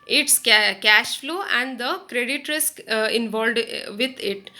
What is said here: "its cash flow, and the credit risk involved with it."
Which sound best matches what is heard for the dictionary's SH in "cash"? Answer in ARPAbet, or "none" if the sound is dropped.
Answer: SH